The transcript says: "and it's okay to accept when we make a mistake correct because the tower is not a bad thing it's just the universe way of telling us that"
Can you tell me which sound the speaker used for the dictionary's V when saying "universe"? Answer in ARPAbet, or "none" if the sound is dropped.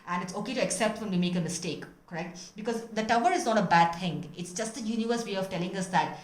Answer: V